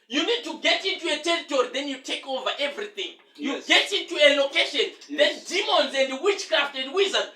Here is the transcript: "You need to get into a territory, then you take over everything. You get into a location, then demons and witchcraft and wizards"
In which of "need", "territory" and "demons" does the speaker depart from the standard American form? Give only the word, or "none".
none